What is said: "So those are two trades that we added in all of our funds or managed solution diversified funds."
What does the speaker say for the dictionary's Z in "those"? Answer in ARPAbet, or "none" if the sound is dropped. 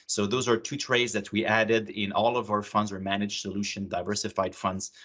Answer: Z